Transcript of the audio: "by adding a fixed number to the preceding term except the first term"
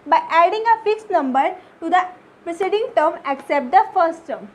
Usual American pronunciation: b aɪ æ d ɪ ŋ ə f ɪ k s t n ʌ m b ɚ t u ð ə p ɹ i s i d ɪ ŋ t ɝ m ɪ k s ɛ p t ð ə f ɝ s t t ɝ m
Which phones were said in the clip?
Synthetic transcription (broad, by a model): b aɪ æ d ɪ ŋ ə f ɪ k s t n ʌ m b ɚ t u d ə p ɹ i s i d ɪ ŋ t ɝ m ɪ k s ɛ p t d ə f ɝ s t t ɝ m